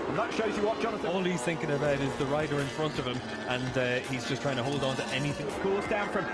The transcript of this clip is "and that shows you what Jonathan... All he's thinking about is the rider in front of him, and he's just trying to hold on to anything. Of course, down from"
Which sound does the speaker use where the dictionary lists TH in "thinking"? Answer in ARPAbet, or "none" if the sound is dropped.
TH